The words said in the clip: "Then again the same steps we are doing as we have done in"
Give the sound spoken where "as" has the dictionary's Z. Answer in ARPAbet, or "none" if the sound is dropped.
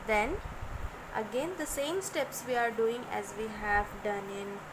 Z